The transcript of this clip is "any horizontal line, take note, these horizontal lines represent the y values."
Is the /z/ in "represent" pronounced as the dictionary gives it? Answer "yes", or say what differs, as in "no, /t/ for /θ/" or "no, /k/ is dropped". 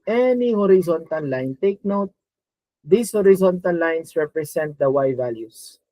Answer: no, /s/ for /z/